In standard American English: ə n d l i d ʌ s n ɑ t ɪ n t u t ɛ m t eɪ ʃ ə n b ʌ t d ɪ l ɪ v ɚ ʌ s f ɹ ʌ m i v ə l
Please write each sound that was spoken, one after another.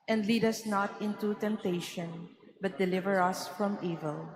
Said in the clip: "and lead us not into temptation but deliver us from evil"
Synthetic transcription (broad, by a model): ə n d l i d ʌ s n ɑ t ɪ n t u t ɛ m t eɪ ʃ ə n b ʌ t d ɪ l ɪ v ɚ ʌ s f ɹ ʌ m i v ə l